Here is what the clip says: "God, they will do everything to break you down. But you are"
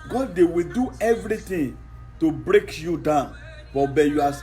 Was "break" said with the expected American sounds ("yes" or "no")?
yes